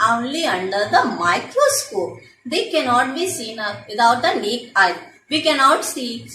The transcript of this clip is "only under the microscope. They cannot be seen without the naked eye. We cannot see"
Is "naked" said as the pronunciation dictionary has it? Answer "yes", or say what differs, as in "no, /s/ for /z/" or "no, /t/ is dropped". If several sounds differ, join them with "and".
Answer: no, /d/ is dropped